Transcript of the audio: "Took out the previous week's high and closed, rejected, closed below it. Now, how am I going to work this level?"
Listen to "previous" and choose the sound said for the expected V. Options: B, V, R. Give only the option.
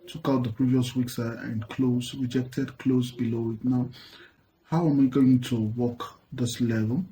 V